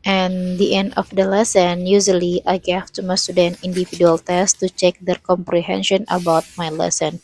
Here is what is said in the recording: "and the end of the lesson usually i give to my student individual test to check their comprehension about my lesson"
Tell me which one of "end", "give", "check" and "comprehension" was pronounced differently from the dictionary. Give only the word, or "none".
give